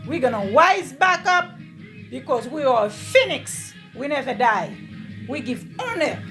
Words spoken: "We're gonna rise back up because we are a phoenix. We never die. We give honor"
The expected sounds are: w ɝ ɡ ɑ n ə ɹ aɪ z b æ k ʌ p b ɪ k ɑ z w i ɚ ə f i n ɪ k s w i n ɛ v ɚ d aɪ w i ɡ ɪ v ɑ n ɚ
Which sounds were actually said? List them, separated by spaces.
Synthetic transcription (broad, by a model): w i ɡ ɑ n ə w aɪ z b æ k ʌ p b ɪ k ɑ z w i ɚ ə f i n ɪ k s w i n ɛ v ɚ d aɪ w i ɡ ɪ v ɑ n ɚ